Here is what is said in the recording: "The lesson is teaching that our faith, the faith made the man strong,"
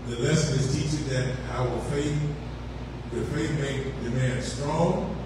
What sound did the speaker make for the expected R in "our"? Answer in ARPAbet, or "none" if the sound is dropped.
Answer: W